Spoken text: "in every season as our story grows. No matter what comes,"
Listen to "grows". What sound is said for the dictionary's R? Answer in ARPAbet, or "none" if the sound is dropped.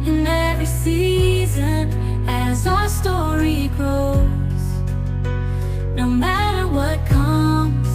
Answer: none